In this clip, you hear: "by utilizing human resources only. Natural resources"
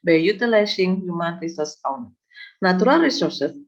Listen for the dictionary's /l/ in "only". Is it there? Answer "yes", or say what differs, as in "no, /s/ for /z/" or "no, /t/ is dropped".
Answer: no, /l/ is dropped